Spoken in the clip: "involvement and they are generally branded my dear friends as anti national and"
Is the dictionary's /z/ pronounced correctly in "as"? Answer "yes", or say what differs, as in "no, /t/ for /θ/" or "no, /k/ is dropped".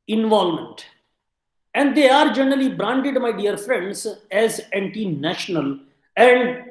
yes